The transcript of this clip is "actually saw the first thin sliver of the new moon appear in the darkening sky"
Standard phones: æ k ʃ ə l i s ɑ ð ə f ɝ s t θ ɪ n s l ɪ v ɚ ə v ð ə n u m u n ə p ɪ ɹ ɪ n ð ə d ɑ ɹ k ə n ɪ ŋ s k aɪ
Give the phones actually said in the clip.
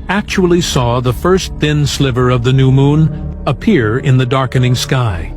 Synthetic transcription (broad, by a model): æ k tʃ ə l i s ɑ ð ə f ɝ s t θ ɪ n s l ɪ v ɚ ə v ð ə n u m u n ə p ɪ ɹ ɪ n ð ə d ɑ ɹ k ə n ɪ ŋ s k aɪ